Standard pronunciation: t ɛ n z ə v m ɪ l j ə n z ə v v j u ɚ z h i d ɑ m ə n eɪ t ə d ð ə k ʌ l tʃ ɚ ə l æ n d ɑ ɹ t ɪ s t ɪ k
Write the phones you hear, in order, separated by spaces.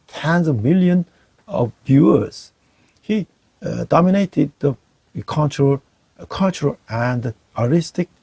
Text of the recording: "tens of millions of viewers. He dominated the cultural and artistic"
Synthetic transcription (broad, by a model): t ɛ n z ə v m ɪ l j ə n ə v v j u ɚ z h i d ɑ m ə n eɪ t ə d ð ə k ʌ l tʃ ɚ ə l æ n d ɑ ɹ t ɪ s t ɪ k